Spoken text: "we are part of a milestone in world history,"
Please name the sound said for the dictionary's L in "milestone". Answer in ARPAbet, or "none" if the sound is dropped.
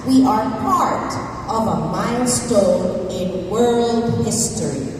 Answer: N